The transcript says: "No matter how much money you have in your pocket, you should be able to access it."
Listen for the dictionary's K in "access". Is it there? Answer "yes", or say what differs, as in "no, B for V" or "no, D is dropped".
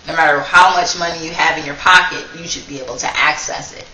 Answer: yes